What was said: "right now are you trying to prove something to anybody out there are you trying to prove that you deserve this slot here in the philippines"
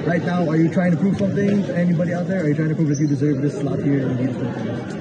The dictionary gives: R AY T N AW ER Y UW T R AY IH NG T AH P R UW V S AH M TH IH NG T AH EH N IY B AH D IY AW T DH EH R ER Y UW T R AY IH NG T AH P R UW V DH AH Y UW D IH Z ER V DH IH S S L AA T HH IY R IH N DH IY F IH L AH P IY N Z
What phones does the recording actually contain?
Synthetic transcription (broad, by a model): R AY T N AW ER Y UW T R AY IH NG T AH P R UW V S AH M TH IH NG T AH EH N IY B AH D IY AW T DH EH R ER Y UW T R AY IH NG T AH P R UW V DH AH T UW D IH Z ER V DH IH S S L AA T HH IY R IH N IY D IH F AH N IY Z